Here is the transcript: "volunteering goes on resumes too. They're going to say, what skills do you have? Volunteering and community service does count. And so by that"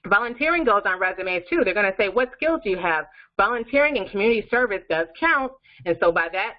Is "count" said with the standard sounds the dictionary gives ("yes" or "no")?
yes